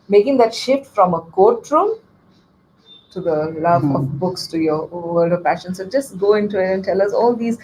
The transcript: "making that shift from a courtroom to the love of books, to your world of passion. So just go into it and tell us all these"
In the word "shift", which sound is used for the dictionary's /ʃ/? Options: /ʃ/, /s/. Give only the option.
/ʃ/